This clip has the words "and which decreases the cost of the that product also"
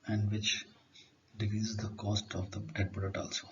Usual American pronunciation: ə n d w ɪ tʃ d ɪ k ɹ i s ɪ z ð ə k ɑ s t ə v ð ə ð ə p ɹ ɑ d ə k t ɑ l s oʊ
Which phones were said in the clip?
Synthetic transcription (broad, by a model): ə n d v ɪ tʃ d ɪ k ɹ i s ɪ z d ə k ɑ s t ə v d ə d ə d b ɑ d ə t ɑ l s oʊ